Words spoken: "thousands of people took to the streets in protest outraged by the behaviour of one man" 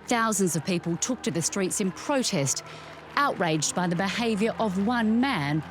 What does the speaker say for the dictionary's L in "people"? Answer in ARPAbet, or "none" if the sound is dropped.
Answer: L